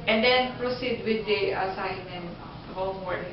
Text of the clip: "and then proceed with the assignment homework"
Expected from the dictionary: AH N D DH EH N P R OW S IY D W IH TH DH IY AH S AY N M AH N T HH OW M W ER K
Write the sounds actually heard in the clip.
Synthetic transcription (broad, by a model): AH N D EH N P R OW S IY D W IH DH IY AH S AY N AH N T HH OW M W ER